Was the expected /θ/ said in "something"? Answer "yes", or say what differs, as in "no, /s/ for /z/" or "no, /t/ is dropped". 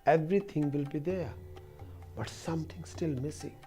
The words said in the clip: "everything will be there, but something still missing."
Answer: no, /t/ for /θ/